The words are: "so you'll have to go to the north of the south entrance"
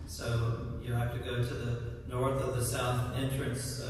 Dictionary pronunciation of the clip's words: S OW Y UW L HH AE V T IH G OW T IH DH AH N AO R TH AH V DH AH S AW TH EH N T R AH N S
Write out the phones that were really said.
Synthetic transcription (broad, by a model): S OW Y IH HH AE F T IH G OW T IH DH AH N AO R TH AH V DH AH S AW TH EH N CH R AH N S